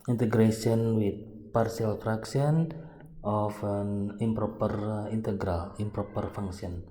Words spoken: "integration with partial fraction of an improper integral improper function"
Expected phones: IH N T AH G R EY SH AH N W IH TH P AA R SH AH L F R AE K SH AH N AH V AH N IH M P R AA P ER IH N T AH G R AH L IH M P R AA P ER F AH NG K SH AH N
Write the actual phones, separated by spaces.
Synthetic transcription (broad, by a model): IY N T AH G R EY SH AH N W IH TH P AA R S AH L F R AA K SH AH N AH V AH N IH M P R AA P ER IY N T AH G R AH L IH M P R AA P ER F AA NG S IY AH N